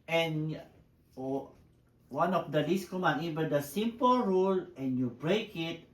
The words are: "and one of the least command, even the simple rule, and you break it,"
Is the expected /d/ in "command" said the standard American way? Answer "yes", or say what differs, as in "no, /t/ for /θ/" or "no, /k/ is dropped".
no, /d/ is dropped